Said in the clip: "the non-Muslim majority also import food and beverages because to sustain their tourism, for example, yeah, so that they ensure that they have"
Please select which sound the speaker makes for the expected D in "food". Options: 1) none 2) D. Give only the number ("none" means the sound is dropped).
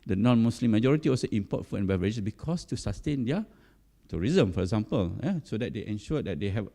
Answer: 1